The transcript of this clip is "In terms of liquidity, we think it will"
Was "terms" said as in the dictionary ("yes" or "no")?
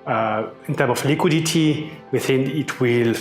no